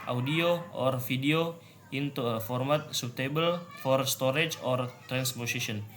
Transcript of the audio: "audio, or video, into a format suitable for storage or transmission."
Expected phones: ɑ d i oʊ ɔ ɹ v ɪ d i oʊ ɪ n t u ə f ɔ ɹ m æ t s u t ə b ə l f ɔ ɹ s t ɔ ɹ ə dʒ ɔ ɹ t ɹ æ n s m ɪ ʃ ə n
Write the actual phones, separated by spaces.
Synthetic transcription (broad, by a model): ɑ d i oʊ ɔ ɹ f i d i oʊ ɪ n t u f ɔ ɹ m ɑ t s u t ə b ə l f ɔ ɹ s t ɔ ɹ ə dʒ ɔ ɹ t ɹ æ n s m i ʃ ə n